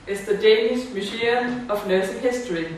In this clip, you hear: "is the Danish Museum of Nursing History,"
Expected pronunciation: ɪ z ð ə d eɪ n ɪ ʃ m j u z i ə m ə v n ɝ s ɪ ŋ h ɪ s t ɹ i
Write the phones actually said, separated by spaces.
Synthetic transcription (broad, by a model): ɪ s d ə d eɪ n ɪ s m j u s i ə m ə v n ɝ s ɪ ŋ h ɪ s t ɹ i